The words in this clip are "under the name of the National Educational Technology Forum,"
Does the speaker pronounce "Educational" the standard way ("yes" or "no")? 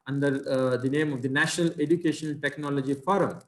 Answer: no